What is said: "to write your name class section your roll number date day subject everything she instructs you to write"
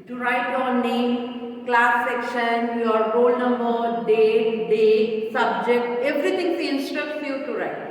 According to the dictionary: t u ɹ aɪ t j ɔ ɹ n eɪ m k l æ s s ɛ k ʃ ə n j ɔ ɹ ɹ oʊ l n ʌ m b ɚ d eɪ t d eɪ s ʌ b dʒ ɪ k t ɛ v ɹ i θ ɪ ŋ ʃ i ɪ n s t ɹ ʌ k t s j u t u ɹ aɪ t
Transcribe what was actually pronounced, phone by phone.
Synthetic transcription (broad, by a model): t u ɹ aɪ t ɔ n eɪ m k l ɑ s s ɛ k ʃ ə n j ɔ ɹ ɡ oʊ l n ʌ m b ɚ d eɪ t d eɪ s ʌ b dʒ ɪ k t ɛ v ɹ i t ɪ ŋ s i ɪ n s t ɹ ʌ k t s j u t u ɹ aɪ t